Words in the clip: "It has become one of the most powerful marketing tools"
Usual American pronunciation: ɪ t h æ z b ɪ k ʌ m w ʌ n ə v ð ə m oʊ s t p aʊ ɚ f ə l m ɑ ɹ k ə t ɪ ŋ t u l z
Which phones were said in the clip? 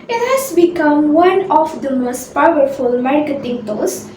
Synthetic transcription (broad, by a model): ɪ t h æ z b ɪ k ʌ m w ʌ n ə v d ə m oʊ s t p aʊ ɚ f ə l m ɑ ɹ k ə t ɪ ŋ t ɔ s